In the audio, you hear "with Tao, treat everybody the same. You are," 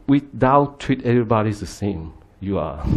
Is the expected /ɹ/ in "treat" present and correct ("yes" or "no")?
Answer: no